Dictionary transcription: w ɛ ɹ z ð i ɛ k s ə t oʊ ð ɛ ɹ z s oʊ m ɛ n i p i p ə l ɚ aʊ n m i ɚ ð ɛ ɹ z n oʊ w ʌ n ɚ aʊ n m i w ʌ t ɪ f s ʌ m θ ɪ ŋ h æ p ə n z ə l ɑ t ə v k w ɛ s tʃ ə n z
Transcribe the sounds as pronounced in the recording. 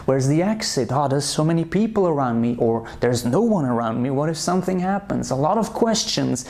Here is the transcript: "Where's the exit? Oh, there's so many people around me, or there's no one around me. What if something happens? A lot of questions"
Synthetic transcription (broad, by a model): w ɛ ɹ z ð i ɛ k s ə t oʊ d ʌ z s oʊ m ɛ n i p i p l ɚ aʊ n m i ɚ ð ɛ ɹ z n oʊ w ʌ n ɚ aʊ n m i w ʌ t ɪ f s ʌ m θ ɪ ŋ h æ p ə n z ə l ɑ t ə v k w ɛ s tʃ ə n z